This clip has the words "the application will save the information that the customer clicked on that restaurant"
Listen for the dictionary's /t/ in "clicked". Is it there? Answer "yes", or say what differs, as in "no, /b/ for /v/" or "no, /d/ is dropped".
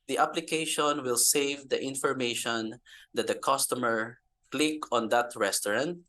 no, /t/ is dropped